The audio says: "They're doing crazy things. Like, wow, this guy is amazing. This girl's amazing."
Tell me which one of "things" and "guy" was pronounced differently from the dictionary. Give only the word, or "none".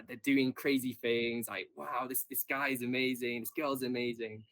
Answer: none